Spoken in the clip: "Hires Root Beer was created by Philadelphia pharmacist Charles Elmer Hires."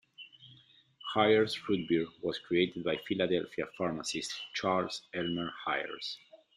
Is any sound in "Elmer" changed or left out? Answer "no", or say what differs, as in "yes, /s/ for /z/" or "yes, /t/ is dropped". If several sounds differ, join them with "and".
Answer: no